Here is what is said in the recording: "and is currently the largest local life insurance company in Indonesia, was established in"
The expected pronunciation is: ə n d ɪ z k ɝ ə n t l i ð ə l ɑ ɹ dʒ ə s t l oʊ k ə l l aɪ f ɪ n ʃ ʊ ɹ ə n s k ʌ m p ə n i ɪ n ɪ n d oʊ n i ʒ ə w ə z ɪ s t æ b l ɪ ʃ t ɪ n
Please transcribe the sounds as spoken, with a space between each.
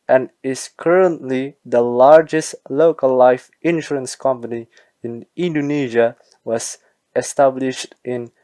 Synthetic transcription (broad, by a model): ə n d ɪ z k ɝ ə n t l i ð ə l ɑ ɹ dʒ ə s t l oʊ k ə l l aɪ f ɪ n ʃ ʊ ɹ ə n s k ʌ m p ə n i ɪ n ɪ n d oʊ n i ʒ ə w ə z ɪ s t æ b l ɪ ʃ t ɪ n